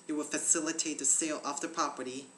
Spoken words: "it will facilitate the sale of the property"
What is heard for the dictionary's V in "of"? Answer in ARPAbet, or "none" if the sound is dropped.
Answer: F